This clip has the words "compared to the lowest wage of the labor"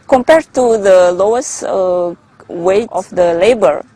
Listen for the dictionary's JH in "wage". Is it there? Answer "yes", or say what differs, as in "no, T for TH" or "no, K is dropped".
no, JH is dropped